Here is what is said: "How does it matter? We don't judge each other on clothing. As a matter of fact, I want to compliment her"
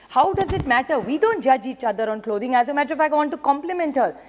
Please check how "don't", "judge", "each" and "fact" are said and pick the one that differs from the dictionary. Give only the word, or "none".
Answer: fact